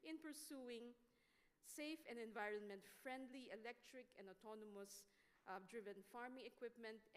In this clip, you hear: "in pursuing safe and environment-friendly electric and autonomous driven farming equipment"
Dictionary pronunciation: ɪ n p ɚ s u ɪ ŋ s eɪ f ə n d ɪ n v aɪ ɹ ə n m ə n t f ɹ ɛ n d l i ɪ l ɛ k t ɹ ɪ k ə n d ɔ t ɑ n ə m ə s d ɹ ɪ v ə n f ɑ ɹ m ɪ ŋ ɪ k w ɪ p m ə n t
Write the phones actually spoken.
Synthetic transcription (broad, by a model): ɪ n p ɚ s u ɪ ŋ s eɪ f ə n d ɪ n v aɪ ɹ ə n m ə n t f ɹ ɛ n d l i ɪ l ɛ k t ɹ ɪ k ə n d ɔ t ɑ n ə m ə s d ɹ ɪ v ə n f ɑ ɹ m ɪ ŋ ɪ k w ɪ p m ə n t